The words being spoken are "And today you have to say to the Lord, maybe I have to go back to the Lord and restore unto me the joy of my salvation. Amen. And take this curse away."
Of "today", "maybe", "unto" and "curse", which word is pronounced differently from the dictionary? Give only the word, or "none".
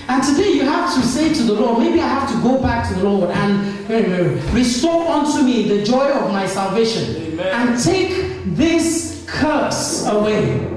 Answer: none